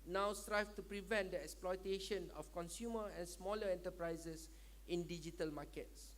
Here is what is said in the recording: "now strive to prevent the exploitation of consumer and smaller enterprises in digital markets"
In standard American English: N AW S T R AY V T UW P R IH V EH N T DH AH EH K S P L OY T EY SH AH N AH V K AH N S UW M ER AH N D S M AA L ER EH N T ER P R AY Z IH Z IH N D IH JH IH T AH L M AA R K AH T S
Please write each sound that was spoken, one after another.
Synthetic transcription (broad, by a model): N AW S T R AY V T UW P R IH V EH N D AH EH K S P L OY T EY SH AH N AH F K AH N S UW M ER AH N S M AA L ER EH N T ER P R AY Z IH S IH N D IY JH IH T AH L M AA K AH T S